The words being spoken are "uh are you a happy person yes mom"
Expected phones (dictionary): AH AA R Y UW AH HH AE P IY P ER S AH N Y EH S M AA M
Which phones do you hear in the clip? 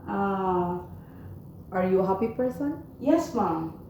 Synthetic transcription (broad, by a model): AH AA R Y UW HH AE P IY P ER S AH N Y EH S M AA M